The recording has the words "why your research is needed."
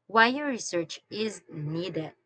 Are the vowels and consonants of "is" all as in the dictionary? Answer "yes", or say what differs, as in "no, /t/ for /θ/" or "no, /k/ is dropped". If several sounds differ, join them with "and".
yes